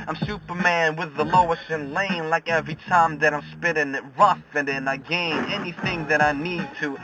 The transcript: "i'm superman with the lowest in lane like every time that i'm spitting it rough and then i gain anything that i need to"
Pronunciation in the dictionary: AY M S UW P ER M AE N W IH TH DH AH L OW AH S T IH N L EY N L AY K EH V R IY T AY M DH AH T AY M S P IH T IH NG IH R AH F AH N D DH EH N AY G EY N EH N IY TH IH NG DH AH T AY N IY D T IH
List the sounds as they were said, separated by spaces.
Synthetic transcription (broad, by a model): AY M S UW P ER M AE N W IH DH AH L OW AH S T IH N L EY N L AY K EH V R IY T AY M DH AH T AY M S P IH T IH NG IH R AH F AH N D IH N AY G EY N EH N IY TH IH NG DH AH T AY N IY D T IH